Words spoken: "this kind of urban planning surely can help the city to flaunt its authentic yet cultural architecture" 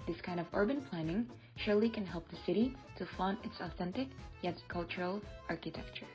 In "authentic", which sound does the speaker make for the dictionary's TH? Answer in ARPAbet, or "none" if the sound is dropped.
TH